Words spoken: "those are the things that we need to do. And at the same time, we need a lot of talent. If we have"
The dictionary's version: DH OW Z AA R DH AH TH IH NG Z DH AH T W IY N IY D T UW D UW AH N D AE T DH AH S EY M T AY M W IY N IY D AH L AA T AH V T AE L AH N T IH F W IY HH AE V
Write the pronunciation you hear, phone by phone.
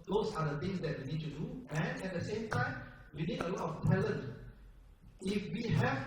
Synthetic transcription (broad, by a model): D OW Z AA R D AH T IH NG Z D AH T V IY N IY D T UW D UW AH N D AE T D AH S EY M T AY M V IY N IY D AH L AA T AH P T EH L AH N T IH F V IY HH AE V